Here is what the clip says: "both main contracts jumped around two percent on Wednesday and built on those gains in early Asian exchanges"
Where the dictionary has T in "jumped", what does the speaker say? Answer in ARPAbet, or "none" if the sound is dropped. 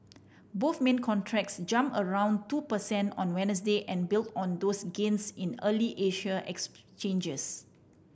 none